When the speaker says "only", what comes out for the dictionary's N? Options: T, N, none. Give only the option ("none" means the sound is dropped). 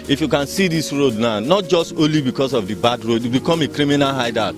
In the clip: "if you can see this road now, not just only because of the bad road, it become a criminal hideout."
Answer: none